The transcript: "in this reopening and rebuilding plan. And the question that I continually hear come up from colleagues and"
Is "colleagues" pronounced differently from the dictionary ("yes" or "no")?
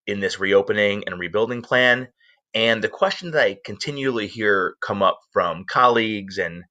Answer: no